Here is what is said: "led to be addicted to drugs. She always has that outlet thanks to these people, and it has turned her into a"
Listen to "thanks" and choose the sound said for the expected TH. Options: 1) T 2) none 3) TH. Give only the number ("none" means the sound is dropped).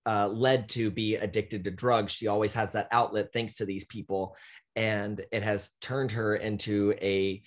3